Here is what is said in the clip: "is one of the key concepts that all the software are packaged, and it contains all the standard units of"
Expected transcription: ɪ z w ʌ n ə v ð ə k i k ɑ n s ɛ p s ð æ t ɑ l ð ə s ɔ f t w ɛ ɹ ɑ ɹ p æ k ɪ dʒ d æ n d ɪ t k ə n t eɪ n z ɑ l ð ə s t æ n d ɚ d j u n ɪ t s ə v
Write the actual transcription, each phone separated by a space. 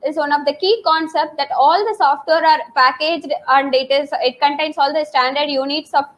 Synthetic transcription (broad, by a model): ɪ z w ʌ n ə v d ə k i k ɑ n s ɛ p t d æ t ɑ l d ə s ɔ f t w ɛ ɹ ɑ ɹ p æ k ɪ dʒ d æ n d ɪ t k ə n t eɪ n s ɑ l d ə s t æ n d ɚ d j u n ɪ t s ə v